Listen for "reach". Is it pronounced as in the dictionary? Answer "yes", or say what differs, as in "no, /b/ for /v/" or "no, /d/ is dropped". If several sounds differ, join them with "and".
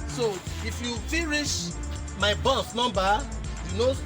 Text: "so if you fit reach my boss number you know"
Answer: no, /ʃ/ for /tʃ/